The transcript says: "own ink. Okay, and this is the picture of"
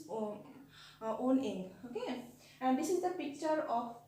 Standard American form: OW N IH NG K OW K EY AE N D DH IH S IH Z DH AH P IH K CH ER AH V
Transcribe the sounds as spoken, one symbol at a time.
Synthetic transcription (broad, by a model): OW N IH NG OW K EY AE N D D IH S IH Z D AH P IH K CH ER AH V